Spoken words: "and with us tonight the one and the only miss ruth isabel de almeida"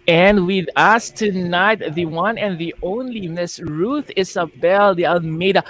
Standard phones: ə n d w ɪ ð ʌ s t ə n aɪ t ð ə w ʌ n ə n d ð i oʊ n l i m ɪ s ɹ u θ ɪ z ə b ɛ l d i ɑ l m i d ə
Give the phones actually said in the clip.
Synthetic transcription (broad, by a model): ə n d w ɪ ð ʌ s t ə n aɪ t ð ə w ʌ n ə n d ð i oʊ n l i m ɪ s ɹ u θ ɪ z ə b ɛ l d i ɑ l m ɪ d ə